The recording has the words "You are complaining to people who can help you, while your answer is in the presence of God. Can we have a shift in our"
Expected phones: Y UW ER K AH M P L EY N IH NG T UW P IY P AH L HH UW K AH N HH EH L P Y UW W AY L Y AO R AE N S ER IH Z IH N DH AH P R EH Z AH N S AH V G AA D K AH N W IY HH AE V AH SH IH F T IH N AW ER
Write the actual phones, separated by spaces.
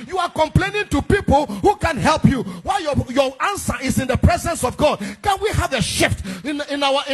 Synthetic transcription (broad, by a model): Y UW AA K AH M P L EY N IH NG T UW P IY P AH L HH UW K AH N HH EH L P Y UW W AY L Y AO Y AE N S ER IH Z IH N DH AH P R EH Z AH N S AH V G AA D K AH N W IY HH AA V AH SH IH F T IH N AW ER